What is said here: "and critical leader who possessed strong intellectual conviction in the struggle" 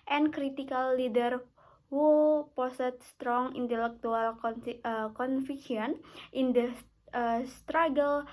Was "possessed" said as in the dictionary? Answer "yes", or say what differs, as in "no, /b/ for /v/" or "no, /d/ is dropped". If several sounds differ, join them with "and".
no, /s/ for /z/ and /s/ is dropped